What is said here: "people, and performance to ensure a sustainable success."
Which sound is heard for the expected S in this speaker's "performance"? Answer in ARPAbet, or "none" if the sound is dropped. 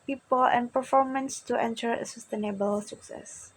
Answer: S